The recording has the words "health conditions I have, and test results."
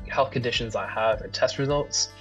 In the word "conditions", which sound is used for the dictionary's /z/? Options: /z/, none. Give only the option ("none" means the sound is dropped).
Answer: /z/